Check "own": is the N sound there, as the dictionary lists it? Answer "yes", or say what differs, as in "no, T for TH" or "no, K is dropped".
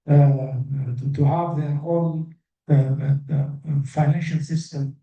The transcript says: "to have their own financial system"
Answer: no, L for N